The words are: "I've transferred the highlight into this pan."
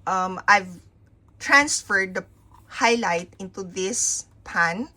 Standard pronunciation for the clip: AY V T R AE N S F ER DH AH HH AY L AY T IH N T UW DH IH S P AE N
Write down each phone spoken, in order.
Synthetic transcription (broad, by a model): AY V T R AE N S F ER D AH HH AY L AY T IH N T UW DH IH S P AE N